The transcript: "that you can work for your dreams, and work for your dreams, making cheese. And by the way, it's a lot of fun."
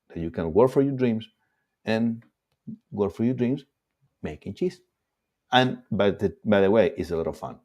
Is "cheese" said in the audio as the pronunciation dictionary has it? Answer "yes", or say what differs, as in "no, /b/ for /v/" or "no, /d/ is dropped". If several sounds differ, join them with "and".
no, /s/ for /z/